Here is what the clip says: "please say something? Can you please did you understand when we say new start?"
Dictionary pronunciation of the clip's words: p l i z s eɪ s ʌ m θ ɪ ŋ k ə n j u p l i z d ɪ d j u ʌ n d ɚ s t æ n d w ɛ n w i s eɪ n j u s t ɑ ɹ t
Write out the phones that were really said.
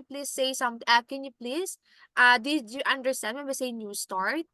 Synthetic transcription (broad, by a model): p l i s eɪ s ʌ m t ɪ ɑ k ə n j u p l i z d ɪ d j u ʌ n d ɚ s t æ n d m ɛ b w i s eɪ n j u s t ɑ ɹ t